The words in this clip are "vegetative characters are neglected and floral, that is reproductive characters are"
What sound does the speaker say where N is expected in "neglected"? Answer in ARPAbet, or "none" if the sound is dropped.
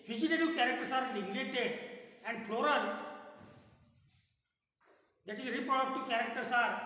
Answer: L